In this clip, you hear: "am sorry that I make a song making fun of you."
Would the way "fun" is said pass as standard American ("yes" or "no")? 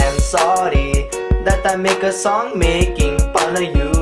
no